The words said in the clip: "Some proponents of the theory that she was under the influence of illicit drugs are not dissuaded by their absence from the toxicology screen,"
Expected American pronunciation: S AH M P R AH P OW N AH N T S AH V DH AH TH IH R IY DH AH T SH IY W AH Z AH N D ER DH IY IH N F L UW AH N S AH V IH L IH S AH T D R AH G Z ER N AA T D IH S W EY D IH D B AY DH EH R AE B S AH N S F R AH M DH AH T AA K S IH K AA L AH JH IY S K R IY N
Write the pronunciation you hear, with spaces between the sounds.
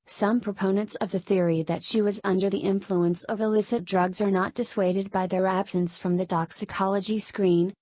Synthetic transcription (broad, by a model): S AH M P R AH P OW N AH N T S AH V DH AH TH IH R IY DH AH T SH IY W AH Z AH N D ER DH IY IH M F L UW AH N S AH V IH L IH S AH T D R AH G Z ER N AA T D IH S W EY D IH D B AY DH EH R AE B S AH N S F R AH M DH AH T AA K S IH K AA L AH JH IY S K R IY N